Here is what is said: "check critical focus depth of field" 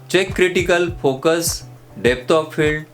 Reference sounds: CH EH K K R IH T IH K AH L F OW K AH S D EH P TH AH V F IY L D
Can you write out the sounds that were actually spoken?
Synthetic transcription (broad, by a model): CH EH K K R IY T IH K AH L F OW K AH S D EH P T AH P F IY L D